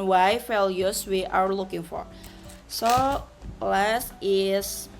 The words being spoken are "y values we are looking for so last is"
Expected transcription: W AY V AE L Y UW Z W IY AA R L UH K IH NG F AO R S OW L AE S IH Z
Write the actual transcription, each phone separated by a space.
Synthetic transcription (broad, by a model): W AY F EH L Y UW S W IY AA R L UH K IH NG F AO R S OW L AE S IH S